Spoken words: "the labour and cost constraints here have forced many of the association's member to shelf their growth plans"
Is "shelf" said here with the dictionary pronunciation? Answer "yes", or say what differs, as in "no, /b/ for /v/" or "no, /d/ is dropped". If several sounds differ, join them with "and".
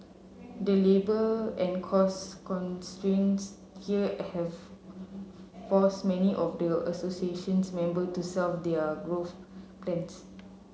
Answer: no, /s/ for /ʃ/